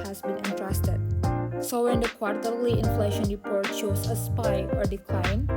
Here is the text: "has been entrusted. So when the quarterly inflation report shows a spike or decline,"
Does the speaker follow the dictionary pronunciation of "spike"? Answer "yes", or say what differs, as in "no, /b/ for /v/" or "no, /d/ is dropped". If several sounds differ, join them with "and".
no, /k/ is dropped